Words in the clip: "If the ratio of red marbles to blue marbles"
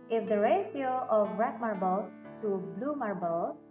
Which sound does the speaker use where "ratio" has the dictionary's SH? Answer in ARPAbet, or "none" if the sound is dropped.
S